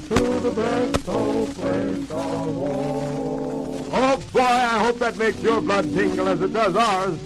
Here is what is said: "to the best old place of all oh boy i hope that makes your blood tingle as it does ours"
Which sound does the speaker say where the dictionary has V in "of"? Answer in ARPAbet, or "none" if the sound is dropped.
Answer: W